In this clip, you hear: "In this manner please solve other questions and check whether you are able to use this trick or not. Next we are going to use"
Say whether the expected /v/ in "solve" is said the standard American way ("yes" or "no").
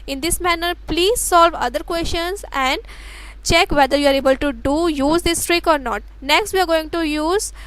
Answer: yes